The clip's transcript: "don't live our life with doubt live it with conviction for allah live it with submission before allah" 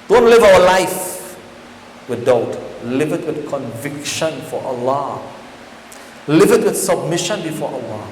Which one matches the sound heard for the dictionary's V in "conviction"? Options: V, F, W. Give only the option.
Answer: V